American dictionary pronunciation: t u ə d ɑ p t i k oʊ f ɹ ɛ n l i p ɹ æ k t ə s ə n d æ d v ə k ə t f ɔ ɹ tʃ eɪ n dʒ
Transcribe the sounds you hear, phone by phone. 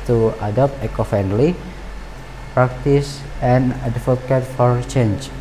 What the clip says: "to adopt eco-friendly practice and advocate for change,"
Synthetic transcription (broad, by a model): t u ə d ɑ p t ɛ k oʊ f ɛ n l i p ɹ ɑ k t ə s ə n d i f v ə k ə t f ɔ ɹ tʃ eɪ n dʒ